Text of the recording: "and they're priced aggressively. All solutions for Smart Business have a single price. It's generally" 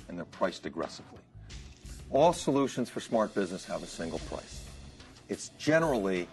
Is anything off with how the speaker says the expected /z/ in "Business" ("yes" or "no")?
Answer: no